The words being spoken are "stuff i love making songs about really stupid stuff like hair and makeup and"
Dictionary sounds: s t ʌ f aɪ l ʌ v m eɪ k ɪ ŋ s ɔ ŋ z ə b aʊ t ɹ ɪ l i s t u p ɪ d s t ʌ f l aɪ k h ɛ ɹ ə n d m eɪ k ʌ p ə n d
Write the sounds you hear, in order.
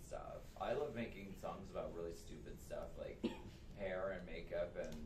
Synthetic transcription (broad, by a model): s t ʌ f aɪ l ʌ v m eɪ k ɪ ŋ s ɔ ŋ z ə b aʊ t ɹ ɪ l i s t u p ɪ d s t ʌ f l aɪ k h ɛ ɹ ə n m eɪ k ʌ p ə n